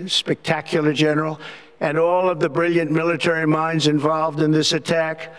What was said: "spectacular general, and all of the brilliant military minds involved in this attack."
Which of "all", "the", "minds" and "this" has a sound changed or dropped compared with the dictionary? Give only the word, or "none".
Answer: none